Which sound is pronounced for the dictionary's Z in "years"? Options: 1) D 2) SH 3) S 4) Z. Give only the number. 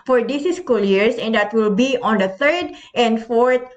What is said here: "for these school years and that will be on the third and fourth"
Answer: 3